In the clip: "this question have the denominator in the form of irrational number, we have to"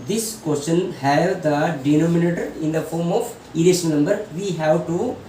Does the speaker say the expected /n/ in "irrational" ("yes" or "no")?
no